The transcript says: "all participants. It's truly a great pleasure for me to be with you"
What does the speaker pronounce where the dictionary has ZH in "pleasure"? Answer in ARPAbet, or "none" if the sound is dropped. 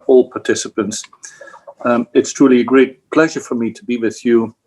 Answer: ZH